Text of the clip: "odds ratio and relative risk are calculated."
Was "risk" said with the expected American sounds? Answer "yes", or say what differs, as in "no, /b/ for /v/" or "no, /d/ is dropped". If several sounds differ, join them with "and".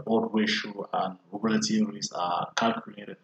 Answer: no, /k/ is dropped